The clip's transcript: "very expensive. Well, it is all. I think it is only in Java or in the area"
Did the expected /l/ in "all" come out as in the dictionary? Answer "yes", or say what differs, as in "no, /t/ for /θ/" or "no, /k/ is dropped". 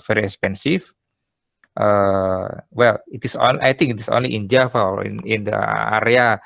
no, /n/ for /l/